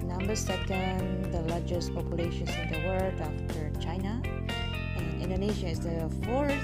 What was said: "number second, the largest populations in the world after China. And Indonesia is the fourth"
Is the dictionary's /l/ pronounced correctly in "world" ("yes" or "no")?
no